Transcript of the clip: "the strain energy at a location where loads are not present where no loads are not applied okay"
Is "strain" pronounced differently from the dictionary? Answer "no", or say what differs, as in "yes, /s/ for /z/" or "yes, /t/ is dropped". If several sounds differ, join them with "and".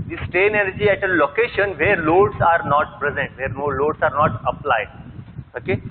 yes, /ɹ/ is dropped